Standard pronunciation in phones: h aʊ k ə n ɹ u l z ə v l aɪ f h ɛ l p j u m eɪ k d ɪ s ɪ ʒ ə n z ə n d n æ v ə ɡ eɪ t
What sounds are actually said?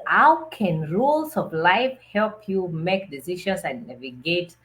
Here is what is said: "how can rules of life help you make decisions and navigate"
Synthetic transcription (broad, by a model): h aʊ k ə n ɹ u l s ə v l aɪ f h ɛ l p j u m eɪ k d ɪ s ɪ ʃ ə n s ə n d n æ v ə ɡ eɪ t